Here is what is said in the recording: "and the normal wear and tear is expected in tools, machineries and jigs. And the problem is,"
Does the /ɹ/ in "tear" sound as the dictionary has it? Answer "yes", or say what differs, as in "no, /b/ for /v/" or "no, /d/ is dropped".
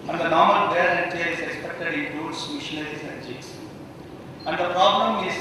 no, /l/ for /ɹ/